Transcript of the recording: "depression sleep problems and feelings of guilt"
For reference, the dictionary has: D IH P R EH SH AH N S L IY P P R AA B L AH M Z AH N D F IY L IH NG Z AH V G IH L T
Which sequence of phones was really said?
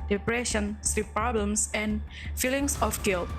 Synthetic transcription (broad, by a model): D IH P R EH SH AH N S IY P P R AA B L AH M S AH N F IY L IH NG S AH F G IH L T